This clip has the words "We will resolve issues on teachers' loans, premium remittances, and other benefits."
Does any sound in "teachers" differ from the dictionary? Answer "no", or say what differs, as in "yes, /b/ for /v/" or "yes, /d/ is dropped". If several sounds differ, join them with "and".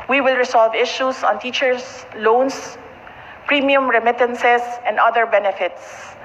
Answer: yes, /s/ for /z/